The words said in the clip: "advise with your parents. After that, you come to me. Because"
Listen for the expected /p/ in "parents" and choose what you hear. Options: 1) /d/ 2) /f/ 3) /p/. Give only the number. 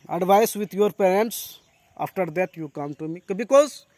3